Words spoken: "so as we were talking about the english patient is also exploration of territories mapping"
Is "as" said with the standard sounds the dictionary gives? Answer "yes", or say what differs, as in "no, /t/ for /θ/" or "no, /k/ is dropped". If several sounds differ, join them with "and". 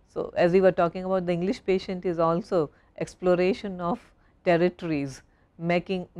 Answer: yes